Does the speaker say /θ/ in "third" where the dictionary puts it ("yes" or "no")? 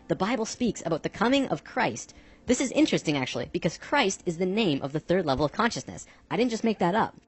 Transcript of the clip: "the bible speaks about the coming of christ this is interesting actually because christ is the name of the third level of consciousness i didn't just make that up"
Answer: yes